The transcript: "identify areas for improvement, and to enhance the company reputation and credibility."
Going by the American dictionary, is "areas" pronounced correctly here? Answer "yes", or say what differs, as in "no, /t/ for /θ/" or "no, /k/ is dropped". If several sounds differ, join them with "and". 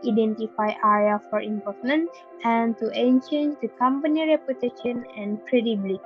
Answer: no, /z/ is dropped